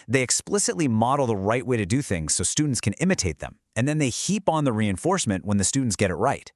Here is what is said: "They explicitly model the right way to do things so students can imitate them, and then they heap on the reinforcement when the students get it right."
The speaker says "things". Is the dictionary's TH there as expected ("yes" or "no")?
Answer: yes